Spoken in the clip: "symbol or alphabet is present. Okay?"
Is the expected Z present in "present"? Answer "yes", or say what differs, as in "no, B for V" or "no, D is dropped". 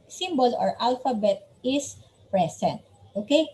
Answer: no, S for Z